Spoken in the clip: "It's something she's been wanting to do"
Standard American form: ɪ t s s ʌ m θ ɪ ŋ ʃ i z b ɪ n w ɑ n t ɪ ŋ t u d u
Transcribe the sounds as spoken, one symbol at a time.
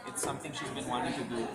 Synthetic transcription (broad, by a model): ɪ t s s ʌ m t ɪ ŋ ʃ i z b ɪ n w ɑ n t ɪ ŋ t u d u